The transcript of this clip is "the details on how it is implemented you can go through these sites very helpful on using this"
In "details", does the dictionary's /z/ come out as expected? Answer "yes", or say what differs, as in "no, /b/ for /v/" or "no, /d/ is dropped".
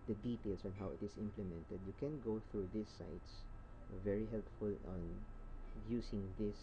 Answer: no, /s/ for /z/